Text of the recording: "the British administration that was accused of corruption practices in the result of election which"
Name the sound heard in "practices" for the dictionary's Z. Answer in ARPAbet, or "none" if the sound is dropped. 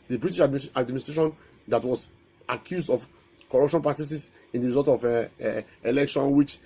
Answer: S